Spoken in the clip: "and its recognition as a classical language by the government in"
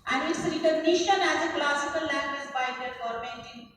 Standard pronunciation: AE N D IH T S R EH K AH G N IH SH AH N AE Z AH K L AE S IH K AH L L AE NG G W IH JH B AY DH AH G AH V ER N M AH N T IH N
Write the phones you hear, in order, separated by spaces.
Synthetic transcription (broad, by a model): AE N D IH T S R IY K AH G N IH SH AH N AE Z AH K L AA S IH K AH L L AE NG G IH Z B AY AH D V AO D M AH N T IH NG